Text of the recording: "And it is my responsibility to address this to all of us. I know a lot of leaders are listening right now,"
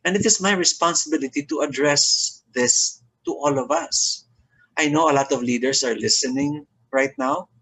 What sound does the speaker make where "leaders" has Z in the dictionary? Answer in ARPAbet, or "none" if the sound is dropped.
S